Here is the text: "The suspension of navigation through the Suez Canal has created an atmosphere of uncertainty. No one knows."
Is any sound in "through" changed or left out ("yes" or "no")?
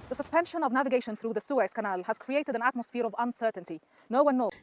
no